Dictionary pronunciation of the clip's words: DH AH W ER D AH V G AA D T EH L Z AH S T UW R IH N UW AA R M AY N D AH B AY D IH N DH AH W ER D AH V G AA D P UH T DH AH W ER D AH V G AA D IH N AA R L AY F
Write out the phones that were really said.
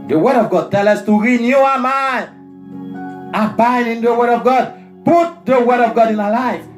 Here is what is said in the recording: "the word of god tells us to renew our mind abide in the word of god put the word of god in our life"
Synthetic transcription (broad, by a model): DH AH W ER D AH V G AA D T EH L AH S T UW R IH N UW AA M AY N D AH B AY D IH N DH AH W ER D AH V G AA D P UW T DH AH W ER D AH V G AA D IH N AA L AY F